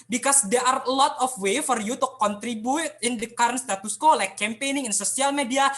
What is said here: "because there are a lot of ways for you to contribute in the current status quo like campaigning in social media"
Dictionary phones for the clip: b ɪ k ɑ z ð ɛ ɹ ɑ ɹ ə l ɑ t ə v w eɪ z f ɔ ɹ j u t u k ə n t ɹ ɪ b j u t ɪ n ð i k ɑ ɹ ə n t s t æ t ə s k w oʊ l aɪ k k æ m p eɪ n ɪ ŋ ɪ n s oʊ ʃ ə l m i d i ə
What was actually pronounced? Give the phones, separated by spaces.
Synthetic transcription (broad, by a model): b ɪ k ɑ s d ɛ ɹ ɑ ɹ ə l ɑ t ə f w eɪ f ɔ ɹ j u t u k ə n t ɹ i b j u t ɪ n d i k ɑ ɹ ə n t s t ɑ t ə s k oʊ l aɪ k k æ m p eɪ n ɪ ŋ ɪ n s oʊ s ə l m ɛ d i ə